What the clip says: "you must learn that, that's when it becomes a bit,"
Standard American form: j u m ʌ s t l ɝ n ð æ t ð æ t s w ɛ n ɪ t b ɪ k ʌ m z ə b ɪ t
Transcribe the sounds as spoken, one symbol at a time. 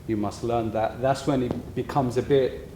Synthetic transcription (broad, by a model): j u m ʌ s t l ɝ n ð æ t ð æ t s w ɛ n ɪ t b ɪ k ʌ m z ə b ɪ t